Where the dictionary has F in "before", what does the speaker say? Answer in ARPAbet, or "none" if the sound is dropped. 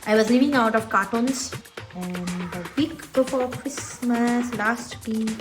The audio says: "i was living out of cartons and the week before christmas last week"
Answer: P